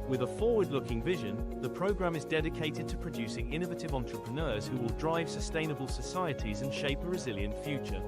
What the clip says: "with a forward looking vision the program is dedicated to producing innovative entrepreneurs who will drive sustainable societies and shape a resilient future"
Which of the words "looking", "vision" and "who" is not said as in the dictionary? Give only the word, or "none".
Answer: none